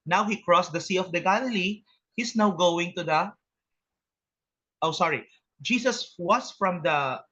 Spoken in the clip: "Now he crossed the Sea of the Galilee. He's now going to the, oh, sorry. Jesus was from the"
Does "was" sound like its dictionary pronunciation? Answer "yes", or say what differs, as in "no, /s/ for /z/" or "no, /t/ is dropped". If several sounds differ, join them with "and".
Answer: no, /s/ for /z/